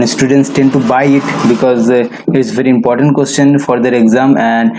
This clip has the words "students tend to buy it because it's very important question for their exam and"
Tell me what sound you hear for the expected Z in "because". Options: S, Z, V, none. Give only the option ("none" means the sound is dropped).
Z